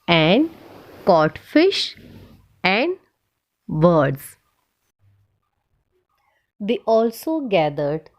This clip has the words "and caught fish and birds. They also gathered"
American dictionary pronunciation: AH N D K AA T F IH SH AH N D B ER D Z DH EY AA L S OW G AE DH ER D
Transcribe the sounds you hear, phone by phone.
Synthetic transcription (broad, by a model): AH N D K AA T F IH SH AH N D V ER D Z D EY AA L S OW G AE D ER D